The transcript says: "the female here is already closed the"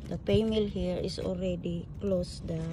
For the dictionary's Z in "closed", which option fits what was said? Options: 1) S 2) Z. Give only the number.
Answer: 1